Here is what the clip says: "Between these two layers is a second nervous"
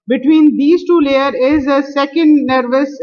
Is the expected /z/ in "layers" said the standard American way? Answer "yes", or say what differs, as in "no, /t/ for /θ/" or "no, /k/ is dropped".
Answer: no, /z/ is dropped